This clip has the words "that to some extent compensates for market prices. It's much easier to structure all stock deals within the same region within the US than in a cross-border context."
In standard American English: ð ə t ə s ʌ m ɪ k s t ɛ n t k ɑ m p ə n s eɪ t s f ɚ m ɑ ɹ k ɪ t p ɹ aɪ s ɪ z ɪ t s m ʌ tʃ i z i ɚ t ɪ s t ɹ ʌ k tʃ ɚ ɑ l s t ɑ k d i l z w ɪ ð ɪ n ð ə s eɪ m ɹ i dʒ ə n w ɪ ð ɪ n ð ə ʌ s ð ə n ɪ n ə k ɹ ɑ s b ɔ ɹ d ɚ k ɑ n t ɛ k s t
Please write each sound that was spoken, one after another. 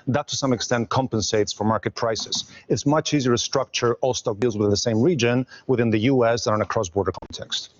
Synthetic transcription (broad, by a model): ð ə t ə s ʌ m ɪ k s t ɛ n t k ɑ m p ə n s eɪ t s f ɚ m ɑ ɹ k ɪ t p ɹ aɪ s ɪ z ɪ t s m ʌ tʃ i z i ɚ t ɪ s t ɹ ʌ k tʃ ɚ ɑ l s t ɑ k d i l z w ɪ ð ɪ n ð ə s eɪ m ɹ i dʒ ə n w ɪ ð ɪ n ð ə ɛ s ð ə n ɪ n ə k ɹ ɑ s b ɔ ɹ d ɚ k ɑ n t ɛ k s t